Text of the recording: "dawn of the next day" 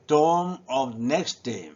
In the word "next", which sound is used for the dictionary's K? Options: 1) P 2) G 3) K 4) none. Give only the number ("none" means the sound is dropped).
3